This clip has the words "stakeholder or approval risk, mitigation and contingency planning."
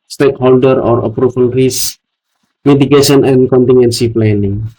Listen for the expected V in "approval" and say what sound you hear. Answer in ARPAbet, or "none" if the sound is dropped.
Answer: F